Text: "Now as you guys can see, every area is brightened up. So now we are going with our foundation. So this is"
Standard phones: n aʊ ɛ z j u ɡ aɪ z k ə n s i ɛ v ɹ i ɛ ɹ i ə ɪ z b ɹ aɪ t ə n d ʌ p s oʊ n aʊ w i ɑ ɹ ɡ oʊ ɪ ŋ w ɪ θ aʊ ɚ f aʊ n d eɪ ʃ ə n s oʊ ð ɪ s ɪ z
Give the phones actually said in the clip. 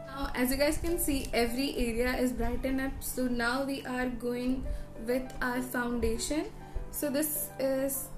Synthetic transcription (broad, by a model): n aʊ ɛ z j u ɡ aɪ z k ə n s i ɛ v ɹ i ɛ ɹ i ə ɪ z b ɹ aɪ t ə n ʌ p s oʊ n aʊ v i ɑ ɹ ɡ oʊ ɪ ŋ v ɪ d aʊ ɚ f aʊ n d eɪ ʃ ə n s oʊ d ɪ s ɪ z